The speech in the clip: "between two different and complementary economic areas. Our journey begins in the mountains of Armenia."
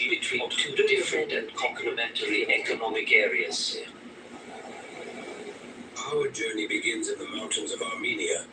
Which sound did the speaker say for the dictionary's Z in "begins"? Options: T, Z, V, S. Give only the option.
Z